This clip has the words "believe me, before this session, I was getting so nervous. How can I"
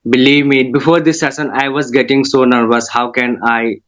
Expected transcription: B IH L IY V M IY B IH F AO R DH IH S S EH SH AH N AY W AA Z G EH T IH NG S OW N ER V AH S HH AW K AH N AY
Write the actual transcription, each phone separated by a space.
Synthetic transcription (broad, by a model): B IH L IY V M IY B IH F AO R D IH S S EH S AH N AY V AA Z G EH T IH NG S OW N ER V AH S HH AW K AH N AY